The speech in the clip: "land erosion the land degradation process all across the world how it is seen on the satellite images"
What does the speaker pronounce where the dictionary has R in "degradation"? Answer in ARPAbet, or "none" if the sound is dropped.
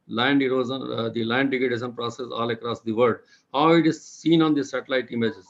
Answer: none